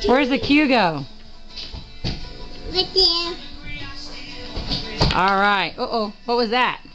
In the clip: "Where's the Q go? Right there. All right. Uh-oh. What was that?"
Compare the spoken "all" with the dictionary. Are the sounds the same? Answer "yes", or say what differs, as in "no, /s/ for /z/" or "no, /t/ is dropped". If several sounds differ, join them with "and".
yes